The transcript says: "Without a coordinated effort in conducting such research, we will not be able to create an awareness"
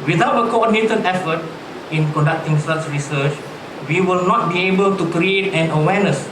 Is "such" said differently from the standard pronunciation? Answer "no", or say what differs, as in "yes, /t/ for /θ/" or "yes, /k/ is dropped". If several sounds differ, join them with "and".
yes, /s/ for /tʃ/